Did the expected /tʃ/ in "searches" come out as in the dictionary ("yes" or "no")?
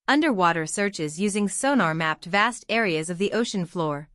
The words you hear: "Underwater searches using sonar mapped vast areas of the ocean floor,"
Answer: yes